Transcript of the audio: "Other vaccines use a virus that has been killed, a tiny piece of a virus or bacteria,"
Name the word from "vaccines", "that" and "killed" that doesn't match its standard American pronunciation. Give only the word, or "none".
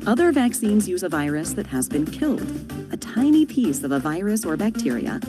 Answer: none